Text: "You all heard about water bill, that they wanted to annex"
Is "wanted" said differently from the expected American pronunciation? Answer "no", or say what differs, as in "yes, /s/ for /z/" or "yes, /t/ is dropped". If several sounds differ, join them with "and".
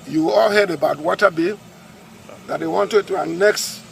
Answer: no